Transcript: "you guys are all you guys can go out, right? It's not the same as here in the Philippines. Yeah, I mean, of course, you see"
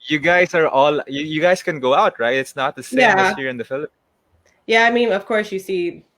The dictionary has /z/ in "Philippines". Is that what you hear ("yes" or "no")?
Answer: no